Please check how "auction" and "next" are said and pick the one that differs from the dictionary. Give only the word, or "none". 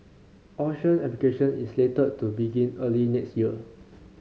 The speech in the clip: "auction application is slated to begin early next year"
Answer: auction